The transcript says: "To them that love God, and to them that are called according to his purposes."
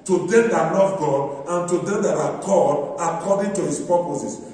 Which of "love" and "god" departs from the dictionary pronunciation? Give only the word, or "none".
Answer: love